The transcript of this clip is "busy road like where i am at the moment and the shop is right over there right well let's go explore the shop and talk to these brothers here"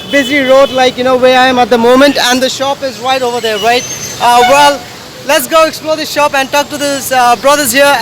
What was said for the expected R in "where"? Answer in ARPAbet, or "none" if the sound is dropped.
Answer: W